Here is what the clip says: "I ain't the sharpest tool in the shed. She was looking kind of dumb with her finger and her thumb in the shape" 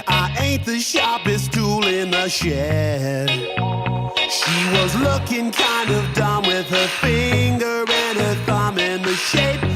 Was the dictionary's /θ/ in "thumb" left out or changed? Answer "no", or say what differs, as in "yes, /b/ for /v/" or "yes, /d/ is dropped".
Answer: no